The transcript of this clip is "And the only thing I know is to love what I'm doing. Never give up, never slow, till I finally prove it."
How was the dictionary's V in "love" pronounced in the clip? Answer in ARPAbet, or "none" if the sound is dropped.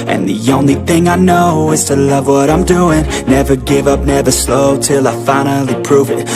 V